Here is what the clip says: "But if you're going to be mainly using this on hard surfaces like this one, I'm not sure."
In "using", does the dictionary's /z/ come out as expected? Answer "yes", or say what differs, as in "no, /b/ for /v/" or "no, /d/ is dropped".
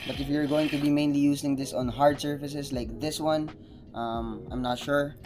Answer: no, /s/ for /z/